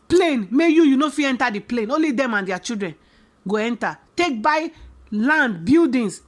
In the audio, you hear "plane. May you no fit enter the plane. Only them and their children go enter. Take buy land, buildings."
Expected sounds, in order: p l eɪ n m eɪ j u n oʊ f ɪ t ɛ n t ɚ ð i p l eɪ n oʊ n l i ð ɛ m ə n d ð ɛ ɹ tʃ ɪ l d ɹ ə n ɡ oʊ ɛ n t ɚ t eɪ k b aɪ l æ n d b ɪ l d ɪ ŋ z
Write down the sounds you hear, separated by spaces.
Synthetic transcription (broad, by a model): p l eɪ n m eɪ j u n oʊ f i ɛ n t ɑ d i p l eɪ n oʊ n l i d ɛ m ə n d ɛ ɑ tʃ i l d ɹ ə n ɡ oʊ ɛ n t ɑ t eɪ k b aɪ l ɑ n d b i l d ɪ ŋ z